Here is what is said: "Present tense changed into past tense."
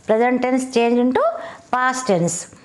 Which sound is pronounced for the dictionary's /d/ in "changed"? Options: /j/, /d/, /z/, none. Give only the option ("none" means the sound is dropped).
none